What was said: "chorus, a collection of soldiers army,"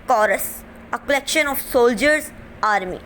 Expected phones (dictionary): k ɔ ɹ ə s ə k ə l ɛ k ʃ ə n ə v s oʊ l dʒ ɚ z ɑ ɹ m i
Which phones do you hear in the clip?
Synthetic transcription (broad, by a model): k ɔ ɹ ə s ə k ə l ɛ k ʃ ə n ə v s oʊ l dʒ ɚ z ɑ ɹ m i